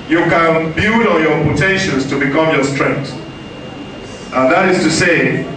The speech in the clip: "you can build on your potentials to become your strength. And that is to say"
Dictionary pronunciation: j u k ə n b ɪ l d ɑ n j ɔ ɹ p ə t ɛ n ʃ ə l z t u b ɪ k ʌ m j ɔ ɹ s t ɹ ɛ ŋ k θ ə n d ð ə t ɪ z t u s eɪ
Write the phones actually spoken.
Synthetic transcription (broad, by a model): j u k ə n b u d ɑ n j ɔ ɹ p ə t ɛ n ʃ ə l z t u b ɪ k ʌ m j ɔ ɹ s t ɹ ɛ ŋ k t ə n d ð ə t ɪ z t u s eɪ